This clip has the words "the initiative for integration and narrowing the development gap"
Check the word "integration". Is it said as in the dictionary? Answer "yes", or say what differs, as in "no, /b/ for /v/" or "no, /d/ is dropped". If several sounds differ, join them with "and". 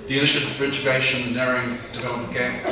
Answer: no, /ʃ/ is dropped